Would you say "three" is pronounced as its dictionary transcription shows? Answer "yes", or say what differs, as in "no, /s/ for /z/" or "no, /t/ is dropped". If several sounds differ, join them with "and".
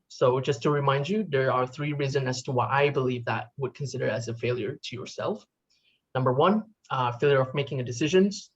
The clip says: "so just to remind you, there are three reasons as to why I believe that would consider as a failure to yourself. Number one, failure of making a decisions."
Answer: yes